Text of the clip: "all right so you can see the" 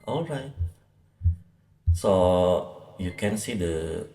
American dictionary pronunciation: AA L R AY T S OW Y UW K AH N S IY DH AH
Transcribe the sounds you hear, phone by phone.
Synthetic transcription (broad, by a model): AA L R AY T S OW Y UW K AH N S IY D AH